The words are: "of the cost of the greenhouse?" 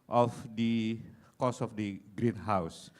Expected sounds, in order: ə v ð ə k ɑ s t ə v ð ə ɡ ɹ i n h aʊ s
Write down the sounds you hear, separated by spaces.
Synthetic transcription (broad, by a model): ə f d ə k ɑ s ə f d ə ɡ ɹ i n h aʊ s